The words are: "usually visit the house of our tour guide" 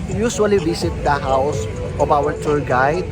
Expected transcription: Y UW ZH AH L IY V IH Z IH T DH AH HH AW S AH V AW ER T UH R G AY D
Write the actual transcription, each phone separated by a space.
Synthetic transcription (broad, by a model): Y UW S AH L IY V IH S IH T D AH HH AW S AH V AW ER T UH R G AY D